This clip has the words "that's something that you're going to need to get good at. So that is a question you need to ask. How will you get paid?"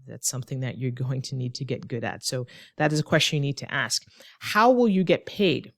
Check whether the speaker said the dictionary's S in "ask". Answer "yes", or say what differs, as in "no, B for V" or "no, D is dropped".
yes